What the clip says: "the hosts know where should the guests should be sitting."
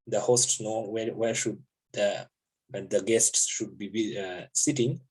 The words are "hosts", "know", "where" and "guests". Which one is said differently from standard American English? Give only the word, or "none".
where